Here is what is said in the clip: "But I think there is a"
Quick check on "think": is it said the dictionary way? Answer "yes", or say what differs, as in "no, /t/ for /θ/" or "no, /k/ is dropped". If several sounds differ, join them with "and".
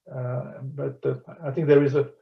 no, /t/ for /θ/